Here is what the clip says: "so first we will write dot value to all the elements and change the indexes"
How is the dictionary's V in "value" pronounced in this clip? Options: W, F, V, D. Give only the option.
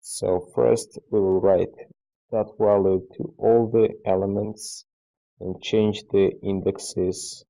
W